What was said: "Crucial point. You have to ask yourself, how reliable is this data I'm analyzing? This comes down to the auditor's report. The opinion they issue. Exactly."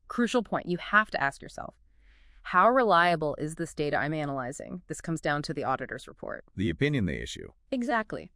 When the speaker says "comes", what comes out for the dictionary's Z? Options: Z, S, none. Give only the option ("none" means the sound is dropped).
Z